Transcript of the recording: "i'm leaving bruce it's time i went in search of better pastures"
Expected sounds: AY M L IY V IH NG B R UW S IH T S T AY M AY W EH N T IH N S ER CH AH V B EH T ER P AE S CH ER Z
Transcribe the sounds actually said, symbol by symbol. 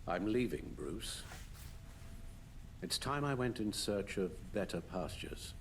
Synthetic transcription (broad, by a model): AY M L IY V IH NG B R UW S IH T S T AY M AY W EH N T IH N S ER CH AH V B EH T ER P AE S CH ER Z